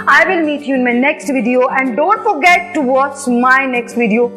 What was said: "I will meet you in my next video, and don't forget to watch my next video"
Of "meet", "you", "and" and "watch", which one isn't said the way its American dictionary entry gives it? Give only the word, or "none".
watch